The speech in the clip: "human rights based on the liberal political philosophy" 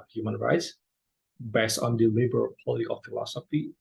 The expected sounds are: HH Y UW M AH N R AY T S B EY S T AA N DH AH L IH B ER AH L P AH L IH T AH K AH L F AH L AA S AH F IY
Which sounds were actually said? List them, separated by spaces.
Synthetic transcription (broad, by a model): HH Y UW M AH N R AY T S B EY S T AA N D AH L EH B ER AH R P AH L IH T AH K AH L F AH L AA S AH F IY